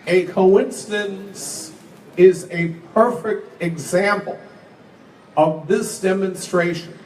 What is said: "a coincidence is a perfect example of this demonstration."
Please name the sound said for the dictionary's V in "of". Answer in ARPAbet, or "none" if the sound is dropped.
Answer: V